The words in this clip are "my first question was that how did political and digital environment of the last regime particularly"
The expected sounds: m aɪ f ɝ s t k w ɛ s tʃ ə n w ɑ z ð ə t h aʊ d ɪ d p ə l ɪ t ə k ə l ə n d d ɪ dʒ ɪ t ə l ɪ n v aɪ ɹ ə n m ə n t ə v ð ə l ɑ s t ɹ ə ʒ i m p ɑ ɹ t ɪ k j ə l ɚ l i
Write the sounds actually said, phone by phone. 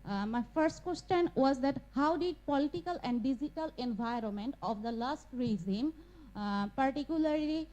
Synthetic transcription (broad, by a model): m aɪ f ɝ s t k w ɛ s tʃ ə n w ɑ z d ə t h aʊ d ɪ d p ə l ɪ t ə k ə l ə n d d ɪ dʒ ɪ t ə l ɪ n v aɪ ɹ ə n m ə n t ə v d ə l ɑ s t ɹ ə z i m p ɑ ɹ t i k j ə l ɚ l i